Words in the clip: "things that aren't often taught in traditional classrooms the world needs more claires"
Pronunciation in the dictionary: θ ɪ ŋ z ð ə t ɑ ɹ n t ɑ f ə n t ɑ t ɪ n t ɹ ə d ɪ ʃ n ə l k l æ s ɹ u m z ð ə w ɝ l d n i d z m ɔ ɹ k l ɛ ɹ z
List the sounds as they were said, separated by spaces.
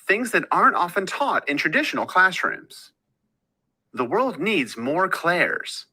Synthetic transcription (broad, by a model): θ ɪ ŋ z ð ə t ɑ ɹ n t ɑ f ə n t ɑ t ɪ n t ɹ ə d ɪ ʃ n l k l æ s ɹ u m z ð ə w ɝ l d n i d z m ɔ ɹ k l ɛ ɹ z